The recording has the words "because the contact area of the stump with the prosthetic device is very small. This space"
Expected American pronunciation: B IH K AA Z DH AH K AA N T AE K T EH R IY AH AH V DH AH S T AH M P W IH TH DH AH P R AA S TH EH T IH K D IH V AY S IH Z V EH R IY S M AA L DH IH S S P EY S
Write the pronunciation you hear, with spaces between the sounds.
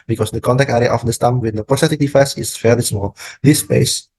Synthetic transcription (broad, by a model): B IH K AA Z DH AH K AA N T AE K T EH R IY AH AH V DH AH S T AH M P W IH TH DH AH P R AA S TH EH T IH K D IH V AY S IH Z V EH L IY S M AA L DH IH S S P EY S